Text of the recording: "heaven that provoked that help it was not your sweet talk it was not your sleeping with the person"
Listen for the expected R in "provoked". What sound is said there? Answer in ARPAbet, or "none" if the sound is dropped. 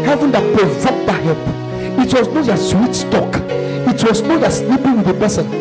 none